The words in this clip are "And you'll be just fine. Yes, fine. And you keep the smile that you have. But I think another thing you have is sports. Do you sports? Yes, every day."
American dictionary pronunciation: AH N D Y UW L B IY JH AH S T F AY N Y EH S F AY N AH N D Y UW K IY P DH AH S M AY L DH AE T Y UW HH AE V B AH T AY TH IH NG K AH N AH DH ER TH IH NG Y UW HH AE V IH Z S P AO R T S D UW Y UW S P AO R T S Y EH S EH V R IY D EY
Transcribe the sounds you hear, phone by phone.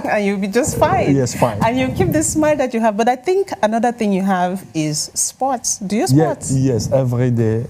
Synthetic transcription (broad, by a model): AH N Y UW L B IY JH AH S T F AY N Y EH S F AY N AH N Y UW K IY P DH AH S M AY L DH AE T Y UW HH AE V B AH T AY TH IH NG K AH N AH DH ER TH IH NG Y UW HH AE V IH Z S P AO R T S D UW Y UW S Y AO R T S Y EH S EH V R IY D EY